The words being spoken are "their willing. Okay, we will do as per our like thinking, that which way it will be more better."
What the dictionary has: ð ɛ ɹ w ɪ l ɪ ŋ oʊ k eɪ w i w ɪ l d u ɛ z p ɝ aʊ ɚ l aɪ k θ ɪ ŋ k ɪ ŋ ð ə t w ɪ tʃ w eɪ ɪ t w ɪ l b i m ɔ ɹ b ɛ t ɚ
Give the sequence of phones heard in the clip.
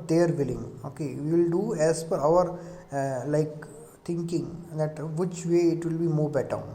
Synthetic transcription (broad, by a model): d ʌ ɹ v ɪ l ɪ ŋ oʊ k eɪ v i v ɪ l d u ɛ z f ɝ aʊ ɚ l aɪ k t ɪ ŋ k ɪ ŋ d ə t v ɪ tʃ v eɪ ɪ t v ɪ l b i m ɔ ɹ b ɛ t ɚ